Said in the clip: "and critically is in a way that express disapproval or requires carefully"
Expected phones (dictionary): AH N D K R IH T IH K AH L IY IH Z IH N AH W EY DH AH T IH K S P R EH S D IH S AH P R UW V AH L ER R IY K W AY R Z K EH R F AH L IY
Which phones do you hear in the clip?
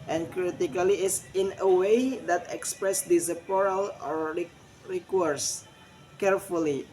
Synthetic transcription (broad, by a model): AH N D K R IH T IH K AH L IY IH S IH N AH W EY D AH T IH K S P R EH S D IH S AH P AO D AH L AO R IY K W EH R S K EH R F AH L IY